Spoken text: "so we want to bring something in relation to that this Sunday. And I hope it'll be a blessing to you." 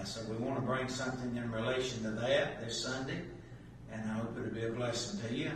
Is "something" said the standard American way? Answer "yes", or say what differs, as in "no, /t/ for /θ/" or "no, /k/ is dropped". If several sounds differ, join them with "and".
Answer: yes